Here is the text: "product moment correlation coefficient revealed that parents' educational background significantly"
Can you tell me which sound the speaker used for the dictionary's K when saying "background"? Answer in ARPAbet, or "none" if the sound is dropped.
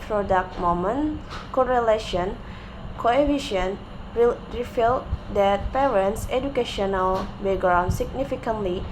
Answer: none